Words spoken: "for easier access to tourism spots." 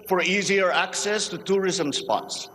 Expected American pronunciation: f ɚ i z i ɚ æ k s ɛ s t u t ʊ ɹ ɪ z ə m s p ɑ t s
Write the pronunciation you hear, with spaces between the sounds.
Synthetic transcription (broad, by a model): f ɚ i z i ɚ æ k s ɛ s t u t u ɹ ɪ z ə m s p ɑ t s